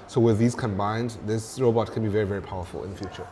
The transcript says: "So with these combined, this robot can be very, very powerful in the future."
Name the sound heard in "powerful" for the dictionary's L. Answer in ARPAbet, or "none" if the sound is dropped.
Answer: L